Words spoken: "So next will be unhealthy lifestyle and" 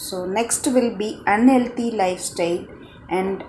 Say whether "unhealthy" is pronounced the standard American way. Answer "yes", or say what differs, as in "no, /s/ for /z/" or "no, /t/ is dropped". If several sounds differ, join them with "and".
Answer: no, /t/ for /θ/